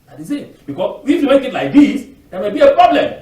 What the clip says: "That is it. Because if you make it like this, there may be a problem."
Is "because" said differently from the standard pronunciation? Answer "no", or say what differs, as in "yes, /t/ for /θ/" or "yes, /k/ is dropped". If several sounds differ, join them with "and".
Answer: yes, /s/ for /z/